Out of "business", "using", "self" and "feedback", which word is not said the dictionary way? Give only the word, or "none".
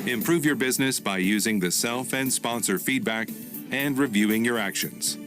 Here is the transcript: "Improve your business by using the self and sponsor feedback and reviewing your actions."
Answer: none